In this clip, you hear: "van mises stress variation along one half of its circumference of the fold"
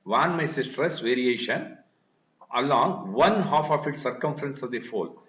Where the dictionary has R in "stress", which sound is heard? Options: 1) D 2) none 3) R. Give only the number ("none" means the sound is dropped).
3